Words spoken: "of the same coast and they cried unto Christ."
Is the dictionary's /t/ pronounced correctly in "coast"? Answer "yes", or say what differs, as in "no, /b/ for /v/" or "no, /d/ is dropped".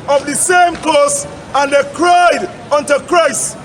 no, /t/ is dropped